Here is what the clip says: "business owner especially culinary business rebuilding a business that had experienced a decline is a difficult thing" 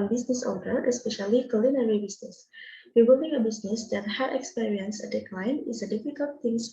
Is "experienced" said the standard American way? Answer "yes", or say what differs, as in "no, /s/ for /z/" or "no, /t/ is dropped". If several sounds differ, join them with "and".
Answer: no, /t/ is dropped